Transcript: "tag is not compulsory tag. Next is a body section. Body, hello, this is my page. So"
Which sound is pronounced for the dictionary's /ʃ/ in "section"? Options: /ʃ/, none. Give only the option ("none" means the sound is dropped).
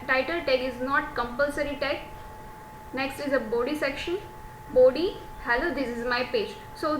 /ʃ/